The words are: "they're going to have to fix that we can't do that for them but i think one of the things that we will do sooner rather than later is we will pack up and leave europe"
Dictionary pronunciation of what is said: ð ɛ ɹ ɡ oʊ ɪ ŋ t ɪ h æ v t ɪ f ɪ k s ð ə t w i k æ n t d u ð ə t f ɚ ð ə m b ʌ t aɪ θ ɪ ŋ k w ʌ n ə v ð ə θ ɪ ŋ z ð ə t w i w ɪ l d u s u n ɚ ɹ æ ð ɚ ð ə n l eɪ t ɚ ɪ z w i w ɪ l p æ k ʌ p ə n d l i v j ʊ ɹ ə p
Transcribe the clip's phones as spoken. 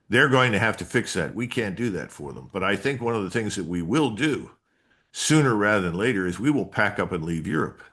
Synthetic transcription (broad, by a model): ð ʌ ɹ ɡ oʊ ɪ ŋ t ɪ h æ f t ɪ f ɪ k s ð ə t w i k æ n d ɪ ð ə t f ɚ ð ə m b ʌ t aɪ θ ɪ ŋ k w ʌ n ə v ð ə θ ɪ ŋ z ð ə t w i w ɪ l d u s u n ɚ ɹ æ ð ɚ ð ə n l eɪ t ɚ ɪ z w i w ɪ l p æ k ʌ p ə n l i v j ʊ ɹ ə p